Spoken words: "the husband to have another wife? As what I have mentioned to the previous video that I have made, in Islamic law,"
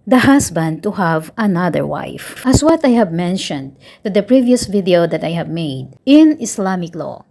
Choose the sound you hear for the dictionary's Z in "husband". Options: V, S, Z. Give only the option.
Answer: S